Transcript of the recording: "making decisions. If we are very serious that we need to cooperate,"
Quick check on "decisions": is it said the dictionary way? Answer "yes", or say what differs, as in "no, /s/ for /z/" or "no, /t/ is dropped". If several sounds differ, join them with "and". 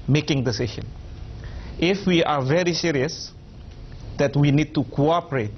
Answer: no, /z/ is dropped